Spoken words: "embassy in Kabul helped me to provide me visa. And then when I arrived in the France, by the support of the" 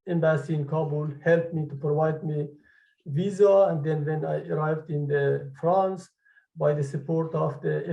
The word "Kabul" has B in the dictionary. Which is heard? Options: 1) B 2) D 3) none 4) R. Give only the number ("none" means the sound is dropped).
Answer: 1